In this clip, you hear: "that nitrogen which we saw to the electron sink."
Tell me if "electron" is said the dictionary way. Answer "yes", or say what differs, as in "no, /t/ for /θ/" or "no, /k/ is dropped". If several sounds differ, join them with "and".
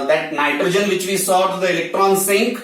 yes